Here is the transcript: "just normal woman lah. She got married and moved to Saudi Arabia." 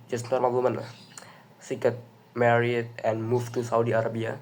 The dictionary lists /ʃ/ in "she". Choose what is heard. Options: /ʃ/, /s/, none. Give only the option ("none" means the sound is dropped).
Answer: /s/